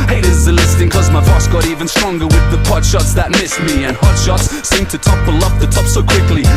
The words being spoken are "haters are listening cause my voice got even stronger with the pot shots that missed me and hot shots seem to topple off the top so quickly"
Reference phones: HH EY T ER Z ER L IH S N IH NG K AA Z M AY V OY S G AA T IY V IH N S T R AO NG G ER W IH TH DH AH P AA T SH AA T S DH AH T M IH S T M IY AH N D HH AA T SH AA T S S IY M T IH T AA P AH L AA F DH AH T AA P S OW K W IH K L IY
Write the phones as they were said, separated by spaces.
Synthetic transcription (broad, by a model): HH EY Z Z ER L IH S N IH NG K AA Z M AY F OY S G AA T IY V IH N S T R AO NG G ER W IH DH AH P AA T SH AA T S DH AH T M IH S T M IY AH N HH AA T SH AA T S S IY M T IH T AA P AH L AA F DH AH T AA P S OW K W IH K L IY